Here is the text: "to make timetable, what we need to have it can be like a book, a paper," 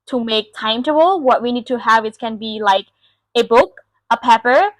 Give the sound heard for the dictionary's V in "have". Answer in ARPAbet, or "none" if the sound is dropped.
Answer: V